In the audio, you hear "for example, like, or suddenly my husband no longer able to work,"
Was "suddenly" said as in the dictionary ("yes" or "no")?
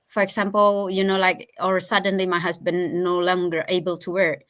yes